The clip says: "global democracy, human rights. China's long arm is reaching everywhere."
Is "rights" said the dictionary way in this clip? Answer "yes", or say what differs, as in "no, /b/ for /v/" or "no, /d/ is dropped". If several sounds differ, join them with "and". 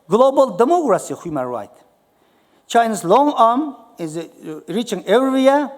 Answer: no, /s/ is dropped